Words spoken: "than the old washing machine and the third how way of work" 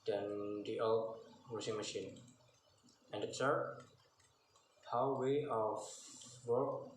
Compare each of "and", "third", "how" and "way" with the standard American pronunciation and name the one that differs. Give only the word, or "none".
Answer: third